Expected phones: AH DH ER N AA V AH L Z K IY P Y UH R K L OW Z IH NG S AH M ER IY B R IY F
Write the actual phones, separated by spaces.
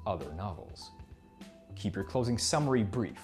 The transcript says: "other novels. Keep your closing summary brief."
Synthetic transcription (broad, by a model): AH DH ER N AA V L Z K IY P Y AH R K L OW Z IH NG S AH M ER IY B R IY F